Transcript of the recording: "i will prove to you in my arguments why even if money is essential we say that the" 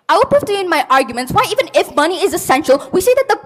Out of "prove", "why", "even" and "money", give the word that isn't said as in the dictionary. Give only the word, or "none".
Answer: prove